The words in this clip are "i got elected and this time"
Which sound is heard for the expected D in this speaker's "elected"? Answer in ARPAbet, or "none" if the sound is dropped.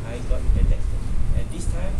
none